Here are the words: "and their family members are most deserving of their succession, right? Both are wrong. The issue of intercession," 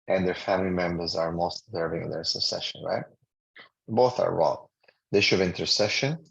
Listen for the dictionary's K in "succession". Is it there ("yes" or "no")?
no